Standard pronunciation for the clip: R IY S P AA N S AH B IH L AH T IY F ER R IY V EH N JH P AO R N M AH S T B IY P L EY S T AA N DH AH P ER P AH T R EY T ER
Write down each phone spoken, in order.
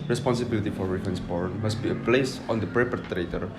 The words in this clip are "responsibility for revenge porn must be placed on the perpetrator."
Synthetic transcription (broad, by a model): R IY S P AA N S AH B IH L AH T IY F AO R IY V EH N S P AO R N M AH S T B IY P L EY S AA N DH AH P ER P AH T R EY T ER